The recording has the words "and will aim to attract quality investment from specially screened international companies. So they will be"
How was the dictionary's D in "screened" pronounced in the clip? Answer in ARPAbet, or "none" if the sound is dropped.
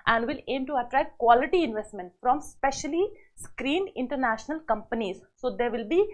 none